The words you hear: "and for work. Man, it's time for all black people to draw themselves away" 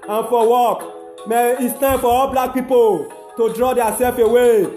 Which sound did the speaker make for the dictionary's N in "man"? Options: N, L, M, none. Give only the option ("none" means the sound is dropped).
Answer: none